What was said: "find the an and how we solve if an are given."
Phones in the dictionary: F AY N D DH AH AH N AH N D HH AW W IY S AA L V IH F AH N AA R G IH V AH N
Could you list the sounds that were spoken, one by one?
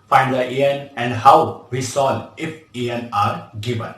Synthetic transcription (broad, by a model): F AY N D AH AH AH N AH N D HH AW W IY S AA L IH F AH N AA R G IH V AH N